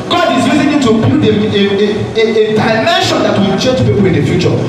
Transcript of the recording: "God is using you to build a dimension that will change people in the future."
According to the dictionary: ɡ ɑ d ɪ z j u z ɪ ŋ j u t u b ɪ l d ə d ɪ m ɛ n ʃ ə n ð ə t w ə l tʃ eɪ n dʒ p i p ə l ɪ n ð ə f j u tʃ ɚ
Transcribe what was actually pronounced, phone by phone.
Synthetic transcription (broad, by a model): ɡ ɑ d ɪ z j u z ɪ ŋ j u t u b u d ə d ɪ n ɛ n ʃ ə n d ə t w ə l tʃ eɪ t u p i p ə l ɪ n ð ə f j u tʃ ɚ